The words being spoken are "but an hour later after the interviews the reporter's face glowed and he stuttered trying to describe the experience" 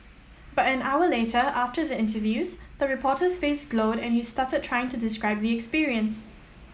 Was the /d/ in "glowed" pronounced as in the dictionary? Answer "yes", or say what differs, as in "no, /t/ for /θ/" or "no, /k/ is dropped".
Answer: yes